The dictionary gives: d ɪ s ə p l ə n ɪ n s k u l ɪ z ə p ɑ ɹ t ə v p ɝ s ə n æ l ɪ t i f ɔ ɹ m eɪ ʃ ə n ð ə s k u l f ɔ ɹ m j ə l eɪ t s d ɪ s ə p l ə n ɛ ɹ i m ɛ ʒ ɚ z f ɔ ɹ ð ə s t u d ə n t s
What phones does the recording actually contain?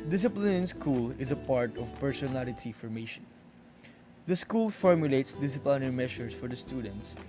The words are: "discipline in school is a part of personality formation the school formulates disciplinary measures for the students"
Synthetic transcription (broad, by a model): d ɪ s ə p l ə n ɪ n s k u l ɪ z ə p ɑ ɹ t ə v p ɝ s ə n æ l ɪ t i f ɔ ɹ m eɪ ʃ ə n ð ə s k u l f ɔ ɹ m j ə l eɪ t s d ɪ s ə p l ə n ɛ ɹ i m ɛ ʃ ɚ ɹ f ɔ ɹ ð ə s t u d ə n t s